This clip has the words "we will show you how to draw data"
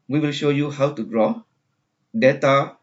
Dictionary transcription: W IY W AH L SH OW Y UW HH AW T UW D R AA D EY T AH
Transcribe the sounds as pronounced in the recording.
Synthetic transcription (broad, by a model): W IY W AH L SH OW Y UW HH AW T UW D R AA D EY T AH